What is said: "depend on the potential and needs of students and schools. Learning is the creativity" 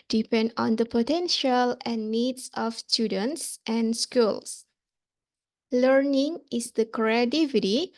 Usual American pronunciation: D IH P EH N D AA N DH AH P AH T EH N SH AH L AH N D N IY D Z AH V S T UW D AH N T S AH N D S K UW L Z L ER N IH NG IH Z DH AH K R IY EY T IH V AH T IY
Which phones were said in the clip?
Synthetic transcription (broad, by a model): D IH P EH N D AA N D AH P AH T EH N SH AH L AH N N IY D S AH F S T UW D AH N T S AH N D S K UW L S L ER N IH NG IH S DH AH K R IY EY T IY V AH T IY